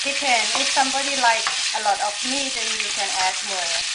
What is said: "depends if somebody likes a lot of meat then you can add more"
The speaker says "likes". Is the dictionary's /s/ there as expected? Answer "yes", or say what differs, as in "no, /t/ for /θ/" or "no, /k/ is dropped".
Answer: no, /s/ is dropped